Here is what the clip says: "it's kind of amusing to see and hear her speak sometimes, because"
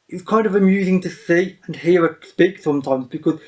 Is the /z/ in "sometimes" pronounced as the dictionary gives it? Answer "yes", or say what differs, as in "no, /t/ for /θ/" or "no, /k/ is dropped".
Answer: yes